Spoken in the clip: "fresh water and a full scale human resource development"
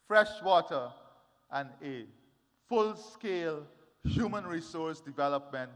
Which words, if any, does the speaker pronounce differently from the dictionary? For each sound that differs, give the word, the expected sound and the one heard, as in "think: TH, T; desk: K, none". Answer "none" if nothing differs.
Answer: none